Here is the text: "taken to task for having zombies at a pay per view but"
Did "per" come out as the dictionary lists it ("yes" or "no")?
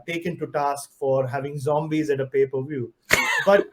yes